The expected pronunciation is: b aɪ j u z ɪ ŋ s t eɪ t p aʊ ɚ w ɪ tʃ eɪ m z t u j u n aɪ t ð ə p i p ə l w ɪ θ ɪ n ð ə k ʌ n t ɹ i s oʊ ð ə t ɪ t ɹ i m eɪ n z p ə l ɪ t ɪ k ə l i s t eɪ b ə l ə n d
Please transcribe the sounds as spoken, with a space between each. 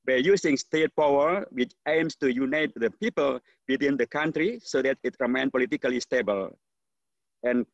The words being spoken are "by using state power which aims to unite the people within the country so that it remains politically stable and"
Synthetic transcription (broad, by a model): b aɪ j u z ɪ ŋ s t eɪ t p aʊ ɚ w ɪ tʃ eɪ m s t u j u n aɪ t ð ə p i p ə l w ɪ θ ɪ n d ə k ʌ n t ɹ i s oʊ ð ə t ɪ t ɹ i m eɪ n p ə l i t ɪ k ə l i s t eɪ b ə l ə n